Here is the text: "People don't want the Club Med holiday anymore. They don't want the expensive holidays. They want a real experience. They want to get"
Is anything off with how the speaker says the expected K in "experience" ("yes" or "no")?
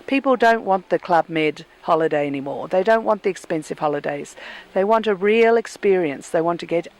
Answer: no